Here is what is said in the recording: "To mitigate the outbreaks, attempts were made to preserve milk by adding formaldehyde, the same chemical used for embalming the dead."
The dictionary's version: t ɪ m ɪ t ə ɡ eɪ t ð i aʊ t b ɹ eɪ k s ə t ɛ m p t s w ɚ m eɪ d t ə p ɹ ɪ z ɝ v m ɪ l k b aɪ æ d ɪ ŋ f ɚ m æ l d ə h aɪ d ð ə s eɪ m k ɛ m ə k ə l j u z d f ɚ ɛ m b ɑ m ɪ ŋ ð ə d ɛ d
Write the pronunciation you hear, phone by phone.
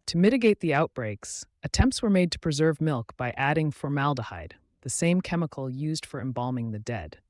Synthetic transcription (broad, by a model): t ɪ m ɪ t ə ɡ eɪ t ð i aʊ t b ɹ eɪ k s ə t ɛ m p t s w ɚ m eɪ d t ə p ɹ ɪ z ɝ v m ɪ l k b aɪ æ d ɪ ŋ f ɚ m æ l d ə h aɪ d ð ə s eɪ m k ɛ m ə k l j u z d f ɚ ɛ m b ɑ m ɪ ŋ ð ə d ɛ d